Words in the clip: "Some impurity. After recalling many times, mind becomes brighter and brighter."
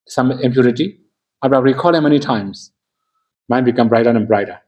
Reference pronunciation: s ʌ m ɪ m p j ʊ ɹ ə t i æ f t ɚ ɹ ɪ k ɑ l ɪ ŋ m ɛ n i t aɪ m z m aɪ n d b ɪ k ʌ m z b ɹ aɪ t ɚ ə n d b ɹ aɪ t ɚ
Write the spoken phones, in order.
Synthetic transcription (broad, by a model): s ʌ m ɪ m p j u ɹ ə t i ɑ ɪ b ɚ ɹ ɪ k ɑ l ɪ m ɛ n i t aɪ m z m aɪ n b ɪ k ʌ m b ɹ aɪ t ɚ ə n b ɹ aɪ t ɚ